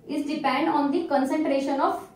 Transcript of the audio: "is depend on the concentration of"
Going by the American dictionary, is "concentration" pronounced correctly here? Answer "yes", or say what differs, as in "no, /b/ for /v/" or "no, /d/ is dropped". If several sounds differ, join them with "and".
yes